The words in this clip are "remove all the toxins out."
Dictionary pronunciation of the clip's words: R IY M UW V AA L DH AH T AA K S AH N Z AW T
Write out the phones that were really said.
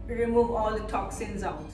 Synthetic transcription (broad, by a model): R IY M UW V AA L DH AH T AA K S AH N Z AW